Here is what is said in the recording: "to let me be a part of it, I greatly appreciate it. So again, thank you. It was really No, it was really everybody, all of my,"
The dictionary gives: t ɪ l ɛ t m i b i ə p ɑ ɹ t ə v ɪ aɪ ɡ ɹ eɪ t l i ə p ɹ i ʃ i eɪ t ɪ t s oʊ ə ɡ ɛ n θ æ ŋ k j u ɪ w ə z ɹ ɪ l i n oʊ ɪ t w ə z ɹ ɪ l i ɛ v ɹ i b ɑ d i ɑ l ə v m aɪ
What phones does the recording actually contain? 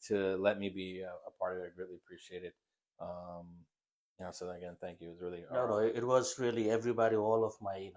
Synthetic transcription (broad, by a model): t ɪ l ɛ t m i b i ə p ɑ ɹ t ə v ɪ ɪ ɡ ɹ eɪ t l i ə p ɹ i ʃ i eɪ t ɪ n s oʊ ə ɡ ɛ n θ æ ŋ k j u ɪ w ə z ɹ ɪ l i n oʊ ɪ t w ə z ɹ ɪ l i ɛ v ɹ i b ɑ d i ɑ l ə v m aɪ